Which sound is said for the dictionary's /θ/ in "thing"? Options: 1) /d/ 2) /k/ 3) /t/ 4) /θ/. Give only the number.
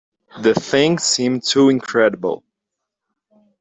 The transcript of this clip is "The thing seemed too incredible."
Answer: 4